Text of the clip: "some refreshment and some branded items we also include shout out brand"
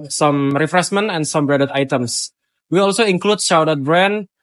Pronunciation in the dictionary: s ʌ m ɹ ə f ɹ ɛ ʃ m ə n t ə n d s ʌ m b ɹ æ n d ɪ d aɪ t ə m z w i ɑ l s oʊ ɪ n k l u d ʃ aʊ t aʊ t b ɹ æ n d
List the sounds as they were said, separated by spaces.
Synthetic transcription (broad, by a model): s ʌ m ɹ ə f ɹ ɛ s m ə n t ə n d s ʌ m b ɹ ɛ d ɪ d aɪ t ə m s w i ɑ l s oʊ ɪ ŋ k l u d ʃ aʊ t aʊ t b ɹ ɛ n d